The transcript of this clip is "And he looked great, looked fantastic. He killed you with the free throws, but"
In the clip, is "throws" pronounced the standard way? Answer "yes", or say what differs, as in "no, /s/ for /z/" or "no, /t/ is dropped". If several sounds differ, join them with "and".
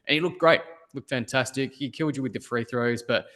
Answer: yes